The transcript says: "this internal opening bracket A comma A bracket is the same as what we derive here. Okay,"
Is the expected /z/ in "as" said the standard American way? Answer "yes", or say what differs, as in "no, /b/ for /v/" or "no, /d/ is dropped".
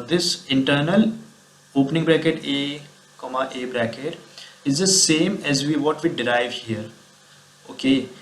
yes